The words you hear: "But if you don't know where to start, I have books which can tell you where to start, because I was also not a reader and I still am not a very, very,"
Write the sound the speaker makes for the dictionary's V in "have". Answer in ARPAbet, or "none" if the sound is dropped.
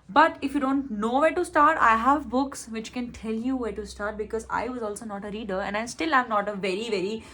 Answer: V